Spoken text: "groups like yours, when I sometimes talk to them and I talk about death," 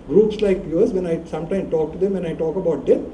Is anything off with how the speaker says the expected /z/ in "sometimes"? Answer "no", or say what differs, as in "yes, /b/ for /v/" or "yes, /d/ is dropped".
yes, /z/ is dropped